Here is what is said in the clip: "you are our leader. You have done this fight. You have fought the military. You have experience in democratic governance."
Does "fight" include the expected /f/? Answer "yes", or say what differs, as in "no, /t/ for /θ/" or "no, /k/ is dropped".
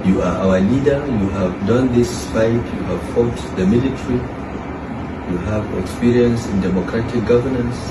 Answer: no, /p/ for /f/